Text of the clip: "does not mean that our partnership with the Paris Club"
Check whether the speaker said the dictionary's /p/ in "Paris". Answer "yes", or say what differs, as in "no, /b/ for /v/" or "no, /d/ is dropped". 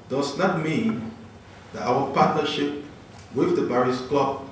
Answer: no, /b/ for /p/